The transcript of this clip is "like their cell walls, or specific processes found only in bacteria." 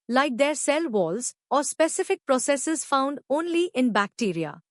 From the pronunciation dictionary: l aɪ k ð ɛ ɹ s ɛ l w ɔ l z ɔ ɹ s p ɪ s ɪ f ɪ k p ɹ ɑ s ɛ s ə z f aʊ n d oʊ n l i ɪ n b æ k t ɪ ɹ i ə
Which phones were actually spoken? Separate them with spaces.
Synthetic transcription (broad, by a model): l aɪ k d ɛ ɹ s ɛ l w ɔ l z ɔ ɹ s p ɪ s ɪ f ɪ k p ɹ ɑ s ɛ s ə z f aʊ n d oʊ n l i ɪ n b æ k t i ɹ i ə